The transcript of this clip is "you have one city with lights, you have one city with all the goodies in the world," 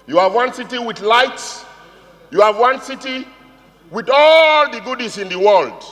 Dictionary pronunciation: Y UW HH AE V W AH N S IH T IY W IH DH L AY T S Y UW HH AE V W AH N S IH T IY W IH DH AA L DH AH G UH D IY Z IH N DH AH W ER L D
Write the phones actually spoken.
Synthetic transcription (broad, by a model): Y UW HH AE V W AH N S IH T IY W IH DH L AY T S Y UW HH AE V W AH N S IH T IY W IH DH AA L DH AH G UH D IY S IH N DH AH W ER L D